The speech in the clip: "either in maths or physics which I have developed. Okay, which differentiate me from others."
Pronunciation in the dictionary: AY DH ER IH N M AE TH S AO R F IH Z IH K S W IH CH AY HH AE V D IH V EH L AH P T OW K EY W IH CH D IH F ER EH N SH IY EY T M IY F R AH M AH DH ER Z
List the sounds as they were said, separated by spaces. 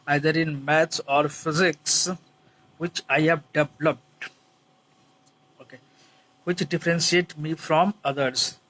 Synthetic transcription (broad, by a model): AY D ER IH N M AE T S AO R F IH Z IH K S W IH CH AY HH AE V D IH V L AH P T OW K EY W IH CH D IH F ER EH N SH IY EY T M IY F R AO M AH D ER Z